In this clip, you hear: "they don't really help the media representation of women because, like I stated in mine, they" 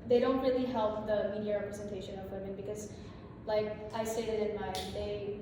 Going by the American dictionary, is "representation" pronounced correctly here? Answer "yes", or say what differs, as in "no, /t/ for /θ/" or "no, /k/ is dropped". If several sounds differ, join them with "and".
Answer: yes